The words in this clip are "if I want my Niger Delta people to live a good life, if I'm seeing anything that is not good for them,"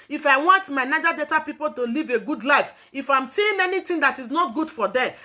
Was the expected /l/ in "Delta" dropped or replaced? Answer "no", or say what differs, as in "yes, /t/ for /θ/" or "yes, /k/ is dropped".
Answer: yes, /l/ is dropped